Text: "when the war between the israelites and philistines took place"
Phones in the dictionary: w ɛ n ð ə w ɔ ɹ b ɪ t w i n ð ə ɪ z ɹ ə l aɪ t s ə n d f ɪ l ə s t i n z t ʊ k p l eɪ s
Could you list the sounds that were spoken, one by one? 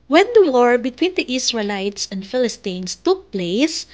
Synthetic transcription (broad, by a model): w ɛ n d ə w ɔ ɹ b ɪ t w i n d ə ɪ s ɹ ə l aɪ t s ə n d f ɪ l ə s t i n s t ʊ k p l eɪ s